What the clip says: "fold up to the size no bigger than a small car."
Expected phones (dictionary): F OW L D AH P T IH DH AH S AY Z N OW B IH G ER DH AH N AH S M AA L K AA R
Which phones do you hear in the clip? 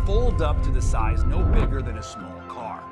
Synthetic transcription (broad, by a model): F OW L D AH P T IH DH AH S AY Z N OW B IH G ER DH AH N AH S M AA L K AA R